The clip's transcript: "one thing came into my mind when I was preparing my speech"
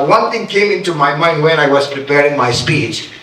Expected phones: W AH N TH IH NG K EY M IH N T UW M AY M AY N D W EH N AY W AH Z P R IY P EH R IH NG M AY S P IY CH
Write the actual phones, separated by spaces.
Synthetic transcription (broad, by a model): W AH N T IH NG K EY M IH N T UW M AY M AY N D W EH N AY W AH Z P R IY P EH R IH NG M AY S P IY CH